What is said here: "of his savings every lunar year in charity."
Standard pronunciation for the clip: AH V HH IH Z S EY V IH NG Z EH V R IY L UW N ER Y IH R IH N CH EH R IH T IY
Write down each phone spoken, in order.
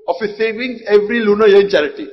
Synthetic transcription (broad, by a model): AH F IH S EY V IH NG EH V R IY L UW N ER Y IH N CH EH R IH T IY